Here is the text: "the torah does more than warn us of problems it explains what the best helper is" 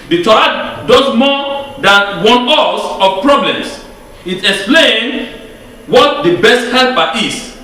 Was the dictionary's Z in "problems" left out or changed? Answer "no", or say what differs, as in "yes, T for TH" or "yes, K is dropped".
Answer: yes, S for Z